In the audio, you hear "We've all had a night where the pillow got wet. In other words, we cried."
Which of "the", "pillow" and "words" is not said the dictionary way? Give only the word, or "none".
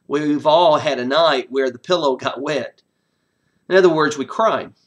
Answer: none